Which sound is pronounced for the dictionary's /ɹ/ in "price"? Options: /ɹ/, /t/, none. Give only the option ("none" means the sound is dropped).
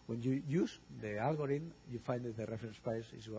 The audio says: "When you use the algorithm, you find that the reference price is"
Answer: none